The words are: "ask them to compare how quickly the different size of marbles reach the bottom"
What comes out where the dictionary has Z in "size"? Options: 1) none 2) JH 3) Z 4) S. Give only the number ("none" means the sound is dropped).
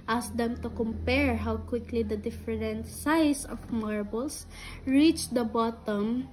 4